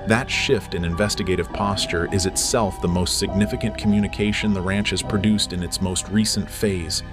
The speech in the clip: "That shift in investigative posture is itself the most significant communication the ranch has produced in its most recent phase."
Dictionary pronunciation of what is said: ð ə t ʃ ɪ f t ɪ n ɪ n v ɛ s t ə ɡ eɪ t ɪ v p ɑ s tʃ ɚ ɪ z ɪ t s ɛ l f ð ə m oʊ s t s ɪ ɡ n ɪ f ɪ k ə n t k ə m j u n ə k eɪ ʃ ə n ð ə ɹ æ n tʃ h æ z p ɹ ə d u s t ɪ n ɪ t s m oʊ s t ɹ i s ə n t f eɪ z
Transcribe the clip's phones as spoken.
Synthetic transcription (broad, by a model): ð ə t ʃ ɪ f t ɪ n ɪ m v ɛ s t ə ɡ eɪ t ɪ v p ɑ s tʃ ɚ ɪ z ɪ t s ɛ l f ð ə m oʊ s t s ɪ ɡ n ɪ f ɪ k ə n k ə m j u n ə k eɪ ʃ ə n ð ə ɹ æ n tʃ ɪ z p ɹ ə d u s t ɪ n ɪ t s m oʊ s t ɹ i s ə n t f eɪ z